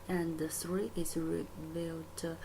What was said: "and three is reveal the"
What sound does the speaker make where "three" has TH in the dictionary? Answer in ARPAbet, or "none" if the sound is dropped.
S